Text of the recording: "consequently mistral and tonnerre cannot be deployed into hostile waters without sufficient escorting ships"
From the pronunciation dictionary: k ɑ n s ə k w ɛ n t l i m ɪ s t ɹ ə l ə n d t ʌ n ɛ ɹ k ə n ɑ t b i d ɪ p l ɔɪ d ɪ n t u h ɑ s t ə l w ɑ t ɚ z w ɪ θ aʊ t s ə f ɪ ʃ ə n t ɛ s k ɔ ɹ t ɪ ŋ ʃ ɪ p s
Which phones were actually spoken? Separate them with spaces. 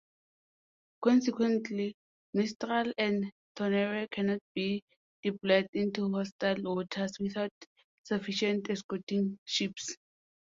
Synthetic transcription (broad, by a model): k ɑ n s ə k w ɛ n t l i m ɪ s t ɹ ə l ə n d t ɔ n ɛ ɹ k ə n ɑ t b i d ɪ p l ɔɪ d ɪ n t u h ɑ s t ə l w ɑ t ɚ s w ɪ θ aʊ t s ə f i ʃ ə n t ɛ s k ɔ t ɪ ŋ ʃ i p s